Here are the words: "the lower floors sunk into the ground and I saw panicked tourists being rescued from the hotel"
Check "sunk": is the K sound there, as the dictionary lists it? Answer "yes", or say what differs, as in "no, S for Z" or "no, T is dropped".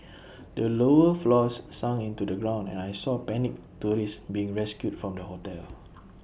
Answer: no, K is dropped